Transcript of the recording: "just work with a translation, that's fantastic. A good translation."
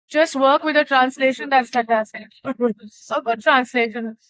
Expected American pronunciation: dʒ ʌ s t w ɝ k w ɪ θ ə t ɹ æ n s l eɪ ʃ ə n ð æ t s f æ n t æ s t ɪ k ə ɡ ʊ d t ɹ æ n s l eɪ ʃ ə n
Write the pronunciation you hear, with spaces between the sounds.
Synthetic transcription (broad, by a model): dʒ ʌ s t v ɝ k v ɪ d ə t ɹ æ n s l eɪ ʃ ə n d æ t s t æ t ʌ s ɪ ə ɡ ʊ d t ɹ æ n s l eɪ ʃ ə n